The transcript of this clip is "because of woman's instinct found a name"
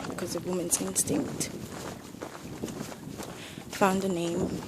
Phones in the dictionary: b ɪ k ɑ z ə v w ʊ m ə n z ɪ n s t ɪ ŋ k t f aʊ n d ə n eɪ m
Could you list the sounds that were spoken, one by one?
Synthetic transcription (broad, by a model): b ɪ k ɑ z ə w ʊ m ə n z ɪ n s t ɪ ŋ k t f aʊ n d ə n eɪ m